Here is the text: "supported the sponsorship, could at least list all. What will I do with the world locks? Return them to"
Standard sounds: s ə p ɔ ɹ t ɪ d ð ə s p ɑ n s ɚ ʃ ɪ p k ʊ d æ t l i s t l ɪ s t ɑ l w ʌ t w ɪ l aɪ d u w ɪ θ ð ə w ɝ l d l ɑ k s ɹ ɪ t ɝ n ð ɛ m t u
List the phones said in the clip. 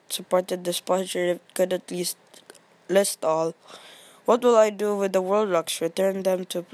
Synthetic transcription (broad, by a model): s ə p ɔ ɹ t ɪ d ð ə s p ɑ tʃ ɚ ɪ k ʊ d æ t l i s t l ɪ s t ɑ l w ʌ t w ɪ l aɪ d u w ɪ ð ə w ɝ l d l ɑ k s ɹ ɪ t ɝ n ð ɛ m t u